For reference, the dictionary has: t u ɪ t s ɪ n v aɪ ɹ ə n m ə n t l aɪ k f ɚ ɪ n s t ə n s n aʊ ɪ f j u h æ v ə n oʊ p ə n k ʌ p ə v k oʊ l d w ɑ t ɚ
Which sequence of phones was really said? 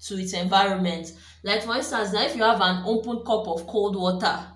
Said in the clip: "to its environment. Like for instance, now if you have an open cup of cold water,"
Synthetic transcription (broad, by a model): t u ɪ t s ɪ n v aɪ ɹ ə n m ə n t l aɪ k f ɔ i n s t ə n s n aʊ ɪ f j u h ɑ v ə n oʊ p ə n k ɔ p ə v k oʊ l d w ɑ t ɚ